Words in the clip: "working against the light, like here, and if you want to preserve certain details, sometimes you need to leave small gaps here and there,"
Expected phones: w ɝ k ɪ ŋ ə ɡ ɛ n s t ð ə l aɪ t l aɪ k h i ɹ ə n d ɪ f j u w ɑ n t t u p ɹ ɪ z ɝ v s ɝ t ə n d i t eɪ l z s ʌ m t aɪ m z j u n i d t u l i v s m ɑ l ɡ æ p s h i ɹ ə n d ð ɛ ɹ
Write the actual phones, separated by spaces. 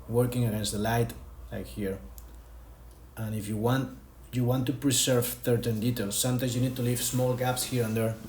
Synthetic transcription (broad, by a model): w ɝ k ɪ ŋ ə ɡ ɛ n s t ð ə l aɪ t l aɪ k h i ɹ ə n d ɪ f j u w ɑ n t t u p ɹ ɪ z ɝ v θ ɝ t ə n d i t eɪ l s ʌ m t aɪ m s j u n i d t u l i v s m ɑ l ɡ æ p s h i ɹ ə n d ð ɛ ɹ